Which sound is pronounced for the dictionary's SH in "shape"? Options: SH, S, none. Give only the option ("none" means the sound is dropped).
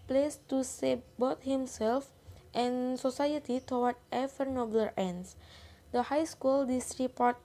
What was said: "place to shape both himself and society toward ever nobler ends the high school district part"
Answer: S